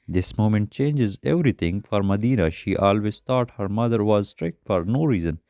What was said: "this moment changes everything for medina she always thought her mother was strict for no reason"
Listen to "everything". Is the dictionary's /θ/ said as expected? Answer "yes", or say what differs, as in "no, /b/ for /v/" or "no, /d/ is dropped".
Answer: no, /t/ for /θ/